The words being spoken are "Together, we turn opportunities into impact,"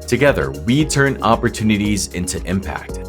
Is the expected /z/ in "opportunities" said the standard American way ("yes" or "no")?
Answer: yes